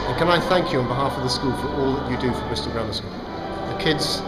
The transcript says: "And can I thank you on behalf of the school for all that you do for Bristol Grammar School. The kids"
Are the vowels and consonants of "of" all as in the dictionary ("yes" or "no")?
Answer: yes